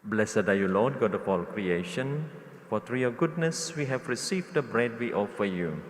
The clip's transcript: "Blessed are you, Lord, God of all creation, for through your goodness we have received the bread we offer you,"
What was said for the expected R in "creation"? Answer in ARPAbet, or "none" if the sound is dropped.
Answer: R